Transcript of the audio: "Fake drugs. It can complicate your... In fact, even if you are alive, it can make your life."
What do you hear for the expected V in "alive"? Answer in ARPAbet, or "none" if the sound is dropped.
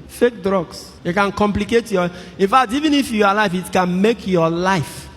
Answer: F